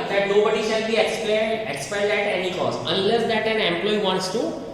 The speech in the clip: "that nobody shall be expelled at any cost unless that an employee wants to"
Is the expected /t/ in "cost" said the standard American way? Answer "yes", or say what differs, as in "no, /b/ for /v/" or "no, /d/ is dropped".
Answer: no, /t/ is dropped